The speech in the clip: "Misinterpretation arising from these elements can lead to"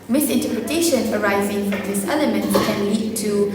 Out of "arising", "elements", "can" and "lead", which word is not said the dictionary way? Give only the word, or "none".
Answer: elements